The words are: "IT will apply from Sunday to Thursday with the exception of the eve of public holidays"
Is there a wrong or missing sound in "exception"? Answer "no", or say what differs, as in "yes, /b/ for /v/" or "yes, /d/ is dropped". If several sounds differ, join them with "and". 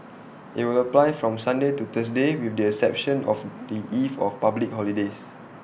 yes, /k/ is dropped